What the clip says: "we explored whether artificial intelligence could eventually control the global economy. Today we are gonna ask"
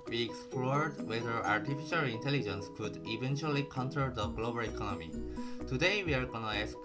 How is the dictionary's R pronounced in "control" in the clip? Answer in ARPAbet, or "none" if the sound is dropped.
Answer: none